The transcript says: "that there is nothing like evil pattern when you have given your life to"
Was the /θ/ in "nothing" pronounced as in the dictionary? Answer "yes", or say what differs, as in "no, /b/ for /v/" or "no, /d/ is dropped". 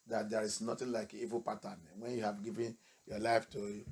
no, /t/ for /θ/